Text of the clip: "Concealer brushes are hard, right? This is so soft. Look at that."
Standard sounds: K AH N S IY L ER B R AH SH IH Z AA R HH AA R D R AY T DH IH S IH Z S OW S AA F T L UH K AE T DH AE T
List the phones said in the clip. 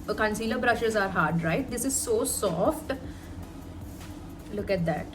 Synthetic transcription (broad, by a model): K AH N S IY L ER B R AH SH IH Z AA R HH AA R D R AY T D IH S IH Z S OW S AA F T L UH K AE T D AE T